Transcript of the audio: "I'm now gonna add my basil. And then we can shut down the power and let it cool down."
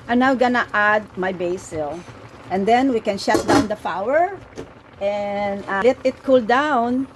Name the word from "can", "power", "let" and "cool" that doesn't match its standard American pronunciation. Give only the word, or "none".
power